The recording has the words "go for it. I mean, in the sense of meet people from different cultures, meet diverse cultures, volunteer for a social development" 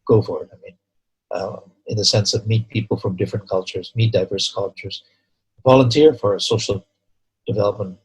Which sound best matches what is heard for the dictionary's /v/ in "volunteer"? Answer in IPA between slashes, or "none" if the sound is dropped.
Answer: /v/